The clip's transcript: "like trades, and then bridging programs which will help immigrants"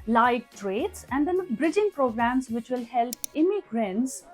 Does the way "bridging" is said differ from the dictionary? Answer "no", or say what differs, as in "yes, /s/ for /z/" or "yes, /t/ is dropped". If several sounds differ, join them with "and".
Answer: no